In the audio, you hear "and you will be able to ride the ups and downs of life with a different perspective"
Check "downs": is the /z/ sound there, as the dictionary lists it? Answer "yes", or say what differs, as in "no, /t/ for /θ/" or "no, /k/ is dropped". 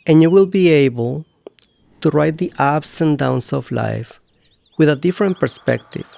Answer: no, /s/ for /z/